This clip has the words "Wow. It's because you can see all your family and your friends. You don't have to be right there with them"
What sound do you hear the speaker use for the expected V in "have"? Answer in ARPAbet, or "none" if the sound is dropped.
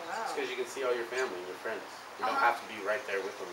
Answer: F